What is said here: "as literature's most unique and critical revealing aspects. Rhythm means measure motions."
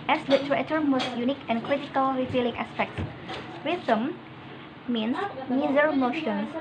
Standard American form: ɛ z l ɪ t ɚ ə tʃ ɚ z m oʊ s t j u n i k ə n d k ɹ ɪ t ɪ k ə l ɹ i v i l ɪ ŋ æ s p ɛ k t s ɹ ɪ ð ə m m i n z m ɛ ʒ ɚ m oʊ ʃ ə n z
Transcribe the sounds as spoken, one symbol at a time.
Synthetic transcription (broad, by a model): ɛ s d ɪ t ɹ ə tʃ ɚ m oʊ s t j u n i k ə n k ɹ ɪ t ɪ k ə l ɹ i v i l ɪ ŋ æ s p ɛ k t s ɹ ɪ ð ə m m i n s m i z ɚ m oʊ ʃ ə n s